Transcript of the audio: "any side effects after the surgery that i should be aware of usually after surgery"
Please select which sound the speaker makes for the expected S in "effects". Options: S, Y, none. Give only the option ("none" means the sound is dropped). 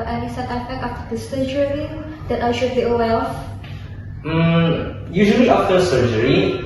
none